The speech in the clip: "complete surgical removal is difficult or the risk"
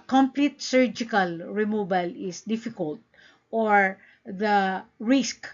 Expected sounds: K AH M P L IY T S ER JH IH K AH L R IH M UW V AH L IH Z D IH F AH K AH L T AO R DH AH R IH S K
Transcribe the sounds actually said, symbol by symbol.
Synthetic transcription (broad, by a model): K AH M P L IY T S ER JH IH K AH L R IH M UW B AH L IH S D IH F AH K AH L T AO R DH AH R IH S K